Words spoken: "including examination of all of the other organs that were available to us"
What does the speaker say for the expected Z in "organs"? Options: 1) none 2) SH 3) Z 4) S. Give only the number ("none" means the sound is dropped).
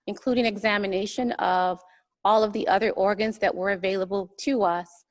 3